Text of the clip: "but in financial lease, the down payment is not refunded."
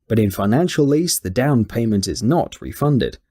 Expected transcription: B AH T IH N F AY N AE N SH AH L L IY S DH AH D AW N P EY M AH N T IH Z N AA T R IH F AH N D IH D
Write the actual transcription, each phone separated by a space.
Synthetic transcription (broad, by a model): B AH T IH N F AY N AE N SH AH L L IY S DH AH D AW N P EY M AH N T IH Z N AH T R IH F AH N D IH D